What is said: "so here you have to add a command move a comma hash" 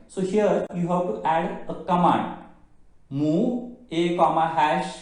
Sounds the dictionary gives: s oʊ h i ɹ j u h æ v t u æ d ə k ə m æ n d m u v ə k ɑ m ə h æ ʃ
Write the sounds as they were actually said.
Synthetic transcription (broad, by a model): s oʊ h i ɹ j u h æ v t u æ d ə k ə m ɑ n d m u ə k ɑ m ə h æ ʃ